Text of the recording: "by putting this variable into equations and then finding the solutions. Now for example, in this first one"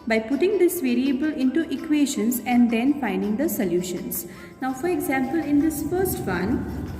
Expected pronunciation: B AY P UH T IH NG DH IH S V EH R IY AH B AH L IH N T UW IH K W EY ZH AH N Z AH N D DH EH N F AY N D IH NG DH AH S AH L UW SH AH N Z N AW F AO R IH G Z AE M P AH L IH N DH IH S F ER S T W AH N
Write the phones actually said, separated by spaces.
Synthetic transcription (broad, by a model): B AY P UH T IH NG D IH S V EH R IY AH B AH L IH N T UW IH K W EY SH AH N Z AH N D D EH N F AY N D IH NG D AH S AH L UW SH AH N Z N AW F AO R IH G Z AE M P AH L IH N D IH S F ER S T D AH N